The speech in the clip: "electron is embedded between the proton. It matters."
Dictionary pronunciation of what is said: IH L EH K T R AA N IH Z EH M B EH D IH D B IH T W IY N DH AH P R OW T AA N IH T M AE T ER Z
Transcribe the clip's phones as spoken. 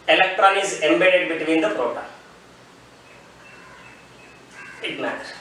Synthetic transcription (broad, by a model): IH L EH K T R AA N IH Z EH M B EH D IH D B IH T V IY N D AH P R OW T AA IH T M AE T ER